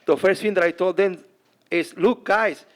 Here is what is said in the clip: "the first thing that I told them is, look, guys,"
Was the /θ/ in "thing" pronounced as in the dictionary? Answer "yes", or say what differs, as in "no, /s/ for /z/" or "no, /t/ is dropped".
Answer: no, /f/ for /θ/